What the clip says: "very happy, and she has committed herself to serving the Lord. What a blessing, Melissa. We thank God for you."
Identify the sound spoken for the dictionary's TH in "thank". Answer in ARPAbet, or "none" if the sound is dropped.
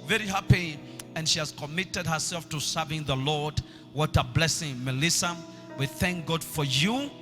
TH